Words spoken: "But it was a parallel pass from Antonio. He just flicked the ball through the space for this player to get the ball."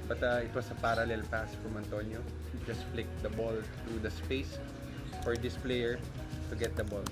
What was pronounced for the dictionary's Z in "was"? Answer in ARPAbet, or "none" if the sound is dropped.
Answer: S